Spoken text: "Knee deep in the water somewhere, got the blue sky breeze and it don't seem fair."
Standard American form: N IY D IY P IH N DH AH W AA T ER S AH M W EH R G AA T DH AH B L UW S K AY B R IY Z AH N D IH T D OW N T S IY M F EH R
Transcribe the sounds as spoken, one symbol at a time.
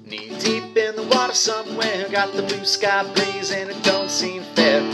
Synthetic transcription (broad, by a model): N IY D IY P IH N DH AH W AA T ER S AH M W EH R G AA T DH AH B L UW S K AY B L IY Z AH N IH T D OW N T S IY M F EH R